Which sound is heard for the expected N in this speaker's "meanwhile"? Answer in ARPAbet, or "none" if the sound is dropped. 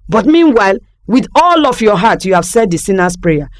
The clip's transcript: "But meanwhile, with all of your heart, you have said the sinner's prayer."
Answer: N